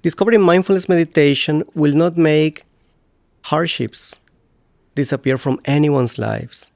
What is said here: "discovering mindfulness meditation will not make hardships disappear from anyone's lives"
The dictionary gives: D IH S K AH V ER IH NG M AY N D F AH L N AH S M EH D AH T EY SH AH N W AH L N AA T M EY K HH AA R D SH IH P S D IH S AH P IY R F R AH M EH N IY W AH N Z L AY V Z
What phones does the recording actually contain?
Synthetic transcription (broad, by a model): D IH S K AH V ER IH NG M AY N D F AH L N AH S M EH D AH T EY SH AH N W AH L N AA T M EY K HH AA R D SH IH P S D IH S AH P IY R F R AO M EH N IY W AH N S L AY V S